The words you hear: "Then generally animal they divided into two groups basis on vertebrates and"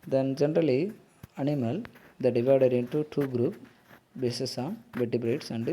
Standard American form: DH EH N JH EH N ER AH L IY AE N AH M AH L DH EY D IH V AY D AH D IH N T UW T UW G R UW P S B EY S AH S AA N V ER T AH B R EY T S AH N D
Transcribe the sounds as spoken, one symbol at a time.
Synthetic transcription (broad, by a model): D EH N JH EH N ER AH L IY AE N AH M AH L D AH D IH V AY D AH D IH N T UW T UW G R UW P B EY S AH S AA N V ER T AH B R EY T S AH N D